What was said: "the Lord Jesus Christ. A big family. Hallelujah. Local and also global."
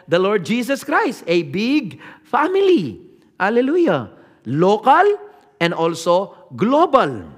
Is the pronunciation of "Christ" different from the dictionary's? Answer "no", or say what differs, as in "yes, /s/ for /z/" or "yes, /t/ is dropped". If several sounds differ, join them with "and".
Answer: no